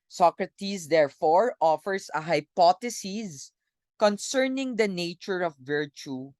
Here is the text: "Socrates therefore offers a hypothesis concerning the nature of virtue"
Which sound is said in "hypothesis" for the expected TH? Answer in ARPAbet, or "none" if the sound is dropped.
T